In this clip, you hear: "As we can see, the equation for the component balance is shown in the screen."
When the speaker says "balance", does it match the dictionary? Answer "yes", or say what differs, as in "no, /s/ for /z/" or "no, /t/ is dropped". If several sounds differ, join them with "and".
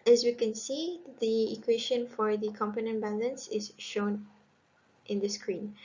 yes